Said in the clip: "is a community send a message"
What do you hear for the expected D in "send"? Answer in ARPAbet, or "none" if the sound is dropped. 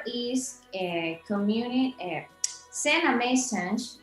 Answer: none